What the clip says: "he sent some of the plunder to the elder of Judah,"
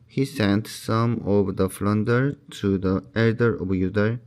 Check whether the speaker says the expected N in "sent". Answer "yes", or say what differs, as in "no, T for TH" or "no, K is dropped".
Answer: yes